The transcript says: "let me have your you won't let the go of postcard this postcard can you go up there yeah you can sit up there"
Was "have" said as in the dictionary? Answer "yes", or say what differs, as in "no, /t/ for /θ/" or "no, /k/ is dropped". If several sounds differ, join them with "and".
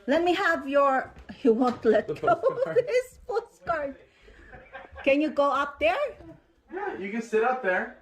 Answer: yes